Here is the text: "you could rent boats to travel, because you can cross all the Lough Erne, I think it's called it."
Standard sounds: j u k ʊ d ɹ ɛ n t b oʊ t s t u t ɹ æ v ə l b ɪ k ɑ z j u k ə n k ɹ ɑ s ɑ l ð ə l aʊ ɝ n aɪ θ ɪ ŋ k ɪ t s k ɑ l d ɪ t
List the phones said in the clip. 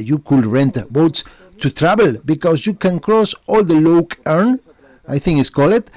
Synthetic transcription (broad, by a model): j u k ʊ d ɹ ɛ n t b oʊ t s t u t ɹ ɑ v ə l b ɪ k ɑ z j u k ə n k ɹ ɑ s ɑ l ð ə l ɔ ɝ n aɪ θ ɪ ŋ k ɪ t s k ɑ l ɪ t